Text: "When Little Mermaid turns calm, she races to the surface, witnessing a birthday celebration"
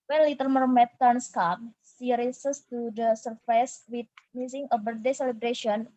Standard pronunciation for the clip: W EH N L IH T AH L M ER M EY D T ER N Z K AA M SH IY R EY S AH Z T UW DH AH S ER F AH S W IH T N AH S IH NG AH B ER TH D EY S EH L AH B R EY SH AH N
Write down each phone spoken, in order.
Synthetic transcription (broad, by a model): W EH N L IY T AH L M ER M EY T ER N S K AA M S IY R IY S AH S T UW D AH S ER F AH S W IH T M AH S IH NG AH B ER D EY S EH L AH B R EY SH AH N